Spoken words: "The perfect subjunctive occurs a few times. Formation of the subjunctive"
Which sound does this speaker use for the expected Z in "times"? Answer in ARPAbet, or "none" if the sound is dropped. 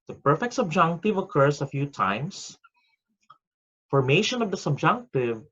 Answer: S